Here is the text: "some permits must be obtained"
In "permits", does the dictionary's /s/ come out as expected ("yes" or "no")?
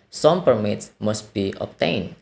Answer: yes